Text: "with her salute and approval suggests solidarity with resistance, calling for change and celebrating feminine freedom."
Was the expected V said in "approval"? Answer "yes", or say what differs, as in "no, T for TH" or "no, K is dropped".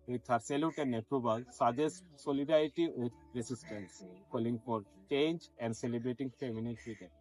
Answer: no, B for V